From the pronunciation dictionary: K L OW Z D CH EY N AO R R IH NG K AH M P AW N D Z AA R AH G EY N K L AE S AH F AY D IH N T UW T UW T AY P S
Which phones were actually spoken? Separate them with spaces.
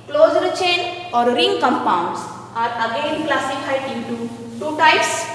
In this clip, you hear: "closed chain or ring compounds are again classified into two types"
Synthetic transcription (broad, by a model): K L OW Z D CH EY N AO R R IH NG K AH M P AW N D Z AA R AH G EY N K L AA S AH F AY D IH T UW T UW T AY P S